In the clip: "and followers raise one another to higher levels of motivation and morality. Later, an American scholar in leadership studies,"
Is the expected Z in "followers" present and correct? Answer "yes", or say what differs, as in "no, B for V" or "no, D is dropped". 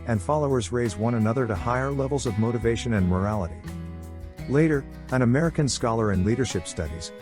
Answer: yes